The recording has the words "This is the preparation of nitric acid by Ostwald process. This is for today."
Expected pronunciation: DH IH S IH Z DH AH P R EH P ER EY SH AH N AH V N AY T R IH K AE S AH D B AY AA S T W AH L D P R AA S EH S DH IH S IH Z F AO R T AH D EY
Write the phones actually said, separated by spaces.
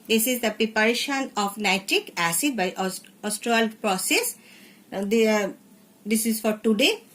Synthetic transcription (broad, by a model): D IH S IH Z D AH P R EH P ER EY SH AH N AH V N AY T R IH K AE S AH D B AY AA S T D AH L P R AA S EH S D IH S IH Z F AO R T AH D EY